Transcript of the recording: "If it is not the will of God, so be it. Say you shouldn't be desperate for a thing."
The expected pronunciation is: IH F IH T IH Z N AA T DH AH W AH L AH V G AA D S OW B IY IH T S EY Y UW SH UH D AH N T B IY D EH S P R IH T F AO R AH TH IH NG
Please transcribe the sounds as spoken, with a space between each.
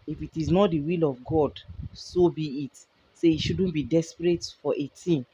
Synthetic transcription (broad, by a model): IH F IH T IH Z N AA T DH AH W AH L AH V G AA D S OW B IY IH T S EY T SH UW D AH N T B IY D EH S P R IH T F AO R AH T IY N